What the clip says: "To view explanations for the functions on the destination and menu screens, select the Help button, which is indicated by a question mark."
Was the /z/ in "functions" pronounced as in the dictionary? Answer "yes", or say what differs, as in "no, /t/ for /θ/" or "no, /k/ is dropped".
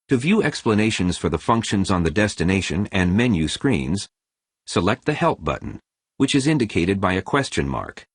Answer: yes